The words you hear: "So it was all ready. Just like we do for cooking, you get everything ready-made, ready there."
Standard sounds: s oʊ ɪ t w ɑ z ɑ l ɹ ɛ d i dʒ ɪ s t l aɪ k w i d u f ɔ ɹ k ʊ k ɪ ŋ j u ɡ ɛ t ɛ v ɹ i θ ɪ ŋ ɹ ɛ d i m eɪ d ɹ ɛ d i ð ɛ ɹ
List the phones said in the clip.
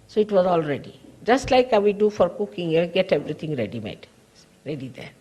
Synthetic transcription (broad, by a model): s oʊ ɪ t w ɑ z ɑ l ɹ ɛ d i dʒ ɪ s t l aɪ k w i d u f ɔ ɹ k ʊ k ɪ ŋ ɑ ɡ ɛ t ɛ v ɹ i t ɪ ŋ ɹ ɛ d i m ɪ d ɹ ɛ d i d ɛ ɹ